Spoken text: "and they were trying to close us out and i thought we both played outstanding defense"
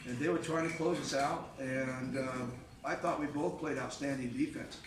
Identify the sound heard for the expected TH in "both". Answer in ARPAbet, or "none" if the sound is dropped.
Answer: TH